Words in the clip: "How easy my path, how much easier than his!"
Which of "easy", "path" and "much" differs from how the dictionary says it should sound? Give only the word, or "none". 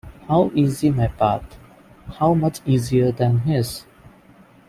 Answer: path